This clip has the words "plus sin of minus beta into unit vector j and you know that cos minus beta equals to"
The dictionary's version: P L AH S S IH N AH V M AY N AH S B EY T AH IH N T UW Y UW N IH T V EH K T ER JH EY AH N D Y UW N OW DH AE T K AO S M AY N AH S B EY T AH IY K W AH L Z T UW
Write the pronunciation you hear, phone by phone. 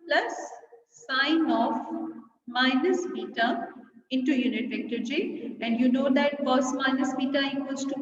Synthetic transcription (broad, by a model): P L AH S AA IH N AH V M AY N AH S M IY T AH IH N T UW Y UW N IH T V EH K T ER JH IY AH N D Y UW N OW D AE T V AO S M AY N AH S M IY T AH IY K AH Z T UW